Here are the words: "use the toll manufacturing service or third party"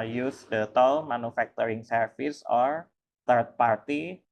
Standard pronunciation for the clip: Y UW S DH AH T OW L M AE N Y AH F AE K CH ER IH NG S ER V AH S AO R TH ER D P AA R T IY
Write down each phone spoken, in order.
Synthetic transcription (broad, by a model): Y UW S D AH T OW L M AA N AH F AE K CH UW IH NG S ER F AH S AO R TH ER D P AA R T IY